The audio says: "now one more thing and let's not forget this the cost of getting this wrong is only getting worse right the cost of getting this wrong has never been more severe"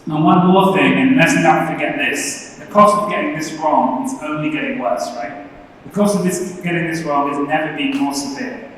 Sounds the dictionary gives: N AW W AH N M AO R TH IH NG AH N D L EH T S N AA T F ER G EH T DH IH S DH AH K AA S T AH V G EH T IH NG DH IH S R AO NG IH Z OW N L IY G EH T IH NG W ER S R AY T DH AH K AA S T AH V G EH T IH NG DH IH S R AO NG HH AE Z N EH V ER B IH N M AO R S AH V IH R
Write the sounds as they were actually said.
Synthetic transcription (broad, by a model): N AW W AH N M AO R TH IH NG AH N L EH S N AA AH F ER G EH T DH IH S DH AH K AA S T AH V G EH T IH NG DH IH S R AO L IH Z OW N L IY G EH T IH NG W ER S R AY T DH AH K AA S T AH V G EH T IH NG DH IH S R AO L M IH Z N EH V ER B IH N M AO R S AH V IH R